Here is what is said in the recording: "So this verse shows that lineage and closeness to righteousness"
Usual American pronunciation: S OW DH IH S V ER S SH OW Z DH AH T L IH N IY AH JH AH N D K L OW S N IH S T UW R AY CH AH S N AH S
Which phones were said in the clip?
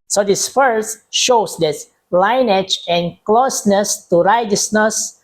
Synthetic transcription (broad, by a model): S OW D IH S F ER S SH OW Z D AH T L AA N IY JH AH N K L OW S N IH S T UW R AY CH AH S N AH S